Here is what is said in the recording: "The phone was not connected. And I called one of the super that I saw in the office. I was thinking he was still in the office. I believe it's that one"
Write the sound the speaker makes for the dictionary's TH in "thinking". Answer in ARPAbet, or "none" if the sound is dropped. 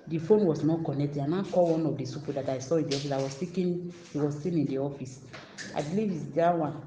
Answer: S